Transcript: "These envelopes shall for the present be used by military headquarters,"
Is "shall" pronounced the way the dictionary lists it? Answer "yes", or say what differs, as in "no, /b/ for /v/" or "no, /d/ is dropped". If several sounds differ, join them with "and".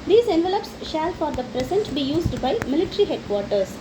yes